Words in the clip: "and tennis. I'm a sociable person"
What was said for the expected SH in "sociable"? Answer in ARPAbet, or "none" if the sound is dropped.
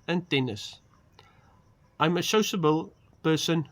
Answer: S